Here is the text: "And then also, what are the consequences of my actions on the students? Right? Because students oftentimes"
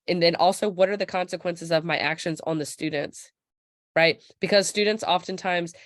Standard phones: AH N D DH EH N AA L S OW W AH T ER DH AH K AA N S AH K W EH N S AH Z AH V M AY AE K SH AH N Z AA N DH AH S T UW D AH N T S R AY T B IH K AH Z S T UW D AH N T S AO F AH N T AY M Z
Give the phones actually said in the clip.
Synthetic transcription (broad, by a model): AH N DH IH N AA L S OW W AH T ER DH AH K AA N S AH K W EH N S AH Z AH V M AY AE K SH AH N Z N DH AH S T UW D N T S R AY T B IH K AH Z S T UW D N T S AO F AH N T AY M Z